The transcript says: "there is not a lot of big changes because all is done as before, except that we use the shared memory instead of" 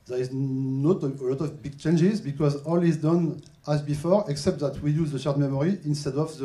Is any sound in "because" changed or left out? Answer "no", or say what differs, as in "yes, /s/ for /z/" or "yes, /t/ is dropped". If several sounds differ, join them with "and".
no